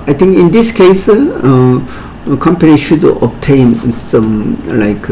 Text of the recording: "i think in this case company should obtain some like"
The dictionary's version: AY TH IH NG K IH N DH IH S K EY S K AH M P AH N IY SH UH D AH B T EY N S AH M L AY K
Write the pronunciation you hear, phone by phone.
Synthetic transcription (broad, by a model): AY T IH NG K IH N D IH S K EY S K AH M P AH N IY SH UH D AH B T EY N S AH M L AY K